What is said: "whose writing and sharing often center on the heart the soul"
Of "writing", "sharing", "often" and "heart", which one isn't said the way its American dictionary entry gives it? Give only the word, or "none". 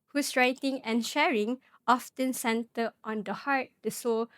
none